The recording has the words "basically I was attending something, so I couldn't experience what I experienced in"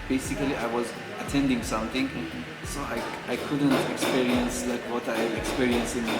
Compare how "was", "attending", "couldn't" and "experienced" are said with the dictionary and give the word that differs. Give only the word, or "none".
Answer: experienced